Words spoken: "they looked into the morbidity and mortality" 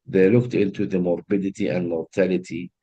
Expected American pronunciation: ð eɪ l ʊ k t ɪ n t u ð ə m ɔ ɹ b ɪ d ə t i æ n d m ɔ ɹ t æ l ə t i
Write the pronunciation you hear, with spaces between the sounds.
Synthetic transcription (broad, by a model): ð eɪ l ʊ k t ɪ n t u ð ə m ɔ ɹ b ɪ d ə t i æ n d m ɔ ɹ t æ l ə t i